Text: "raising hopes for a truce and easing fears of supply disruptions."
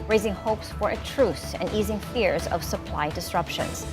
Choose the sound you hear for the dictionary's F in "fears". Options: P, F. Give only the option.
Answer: F